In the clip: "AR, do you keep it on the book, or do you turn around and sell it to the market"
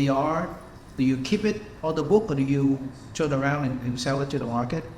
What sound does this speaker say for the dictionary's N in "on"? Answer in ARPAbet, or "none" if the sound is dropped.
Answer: L